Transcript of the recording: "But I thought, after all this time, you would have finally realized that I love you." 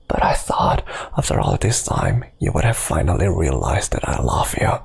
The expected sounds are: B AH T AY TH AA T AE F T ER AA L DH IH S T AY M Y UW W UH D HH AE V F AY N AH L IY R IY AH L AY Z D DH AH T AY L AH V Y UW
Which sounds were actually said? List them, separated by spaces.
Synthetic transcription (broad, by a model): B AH T AY TH AA T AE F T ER AA L DH IH S T AY M Y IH W UH D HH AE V F AY N L IY R IY AH L AY Z D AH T AY L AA F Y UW